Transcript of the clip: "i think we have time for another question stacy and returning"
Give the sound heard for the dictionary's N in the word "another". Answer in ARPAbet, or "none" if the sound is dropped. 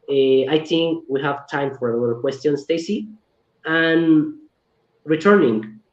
L